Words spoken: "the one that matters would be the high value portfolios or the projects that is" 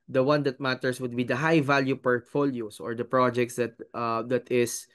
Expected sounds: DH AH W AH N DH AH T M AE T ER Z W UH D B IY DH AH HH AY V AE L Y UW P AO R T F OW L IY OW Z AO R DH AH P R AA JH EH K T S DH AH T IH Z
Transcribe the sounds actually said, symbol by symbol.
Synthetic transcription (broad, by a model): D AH W AH N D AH T M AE T ER S W UH D B IY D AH HH AY V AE L Y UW P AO R T F OW L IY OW S AO R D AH P R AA JH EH K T S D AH T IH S